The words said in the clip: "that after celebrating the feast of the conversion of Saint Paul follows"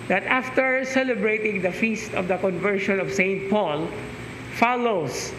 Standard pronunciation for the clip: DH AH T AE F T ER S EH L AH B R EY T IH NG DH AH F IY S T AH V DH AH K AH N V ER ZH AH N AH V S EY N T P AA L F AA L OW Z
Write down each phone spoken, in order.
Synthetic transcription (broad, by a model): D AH T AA F T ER S EH L AH B R EY T IH NG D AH F IY S T AH V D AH K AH N V ER SH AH N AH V S EY N T P AA L F AA L OW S